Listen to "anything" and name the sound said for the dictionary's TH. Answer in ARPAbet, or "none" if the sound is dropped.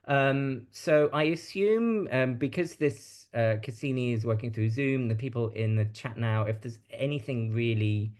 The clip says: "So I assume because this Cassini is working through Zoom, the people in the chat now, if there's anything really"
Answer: TH